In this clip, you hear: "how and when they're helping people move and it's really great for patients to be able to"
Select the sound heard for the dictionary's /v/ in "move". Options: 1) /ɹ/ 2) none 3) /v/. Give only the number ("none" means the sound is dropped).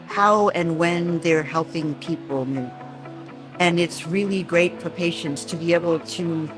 2